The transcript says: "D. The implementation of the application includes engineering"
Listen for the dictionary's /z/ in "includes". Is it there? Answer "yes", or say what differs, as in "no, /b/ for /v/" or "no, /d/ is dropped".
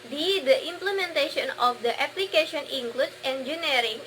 no, /z/ is dropped